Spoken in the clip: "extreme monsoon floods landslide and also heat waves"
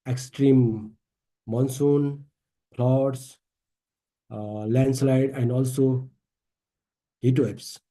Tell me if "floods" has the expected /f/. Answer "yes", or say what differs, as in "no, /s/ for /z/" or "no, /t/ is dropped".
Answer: no, /p/ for /f/